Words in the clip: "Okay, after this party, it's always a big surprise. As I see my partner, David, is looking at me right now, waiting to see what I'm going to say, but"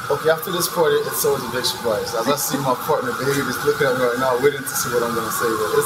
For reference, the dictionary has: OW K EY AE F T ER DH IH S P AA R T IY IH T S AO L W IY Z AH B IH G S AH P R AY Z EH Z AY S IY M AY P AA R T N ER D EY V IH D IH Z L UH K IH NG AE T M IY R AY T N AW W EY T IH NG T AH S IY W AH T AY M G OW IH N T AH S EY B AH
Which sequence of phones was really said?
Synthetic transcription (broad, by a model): OW K EY AE F T ER DH IH S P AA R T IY IH T S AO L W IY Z AH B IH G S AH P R AY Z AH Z AY S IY M AY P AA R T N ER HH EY B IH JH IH S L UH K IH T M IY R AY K N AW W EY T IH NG T AH S IY W AH T AY M G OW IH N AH S EY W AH